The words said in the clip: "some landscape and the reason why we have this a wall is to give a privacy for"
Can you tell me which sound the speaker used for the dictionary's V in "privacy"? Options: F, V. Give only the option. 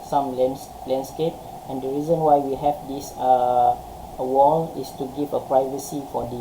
V